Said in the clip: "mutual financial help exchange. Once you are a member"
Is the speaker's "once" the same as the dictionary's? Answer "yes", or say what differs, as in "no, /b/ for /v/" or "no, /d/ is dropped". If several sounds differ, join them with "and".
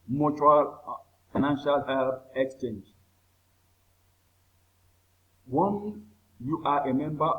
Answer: no, /s/ is dropped